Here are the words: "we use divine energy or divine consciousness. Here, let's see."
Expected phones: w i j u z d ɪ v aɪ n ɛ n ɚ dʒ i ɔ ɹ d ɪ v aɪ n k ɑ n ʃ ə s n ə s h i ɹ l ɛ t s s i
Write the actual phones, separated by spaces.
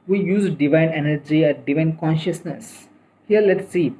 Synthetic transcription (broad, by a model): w i j u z d ɪ v aɪ n ɛ n ɚ dʒ i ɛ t d ɪ v aɪ n k ɑ n ʃ ə s n ə s h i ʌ l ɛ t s s i